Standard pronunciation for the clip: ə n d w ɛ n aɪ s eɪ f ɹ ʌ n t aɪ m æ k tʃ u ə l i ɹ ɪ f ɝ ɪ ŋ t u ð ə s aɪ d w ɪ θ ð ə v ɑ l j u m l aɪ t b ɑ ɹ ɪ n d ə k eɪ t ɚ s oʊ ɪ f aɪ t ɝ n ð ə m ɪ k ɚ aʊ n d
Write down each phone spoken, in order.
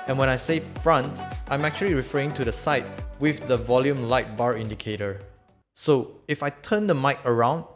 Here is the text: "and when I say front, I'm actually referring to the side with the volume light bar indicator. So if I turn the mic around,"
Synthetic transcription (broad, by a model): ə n w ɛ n aɪ s eɪ f ɹ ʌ n t aɪ m æ k tʃ u ə l i ɹ ɪ f ɝ ɪ ŋ t u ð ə s aɪ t w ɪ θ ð ə v ɑ l j u m l aɪ t b ɑ ɹ ɪ n d ə k eɪ t ɚ s oʊ ɪ f aɪ t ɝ n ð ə m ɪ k ɚ aʊ n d